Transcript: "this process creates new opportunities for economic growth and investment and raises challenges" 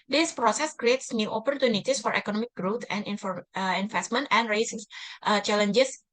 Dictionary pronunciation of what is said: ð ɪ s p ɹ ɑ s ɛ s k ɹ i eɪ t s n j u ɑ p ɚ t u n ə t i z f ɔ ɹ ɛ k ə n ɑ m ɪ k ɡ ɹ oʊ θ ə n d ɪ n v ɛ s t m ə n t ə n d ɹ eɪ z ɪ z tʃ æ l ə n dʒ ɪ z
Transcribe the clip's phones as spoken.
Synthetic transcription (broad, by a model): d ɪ s p ɹ ɑ s ɛ s k ɹ i eɪ t s n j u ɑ p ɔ t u n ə t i s f ɔ ɹ ɛ k ə n ɑ m ɪ k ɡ ɹ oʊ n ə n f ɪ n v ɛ s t m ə n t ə n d ɹ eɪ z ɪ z tʃ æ l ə n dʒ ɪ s